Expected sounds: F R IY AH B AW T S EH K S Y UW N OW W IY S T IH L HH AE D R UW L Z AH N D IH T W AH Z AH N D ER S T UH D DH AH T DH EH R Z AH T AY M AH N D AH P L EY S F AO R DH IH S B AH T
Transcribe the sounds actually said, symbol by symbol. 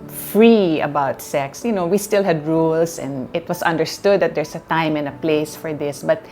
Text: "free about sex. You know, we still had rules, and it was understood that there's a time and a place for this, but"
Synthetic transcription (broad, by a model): F R IY AH B AW T S EH K S Y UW N OW W IY S T IH L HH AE D R UW L S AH N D IH T W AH S AH N D ER S T UH D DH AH T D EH R S AH T AY M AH N AH P L EY S F AO R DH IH S B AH T